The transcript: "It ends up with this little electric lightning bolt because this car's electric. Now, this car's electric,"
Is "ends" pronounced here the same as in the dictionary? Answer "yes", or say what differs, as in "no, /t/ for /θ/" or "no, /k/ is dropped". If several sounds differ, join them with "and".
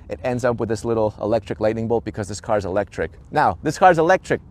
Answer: yes